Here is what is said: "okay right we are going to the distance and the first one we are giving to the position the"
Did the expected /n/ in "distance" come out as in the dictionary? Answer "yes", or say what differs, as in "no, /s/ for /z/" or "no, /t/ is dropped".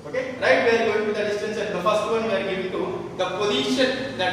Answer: yes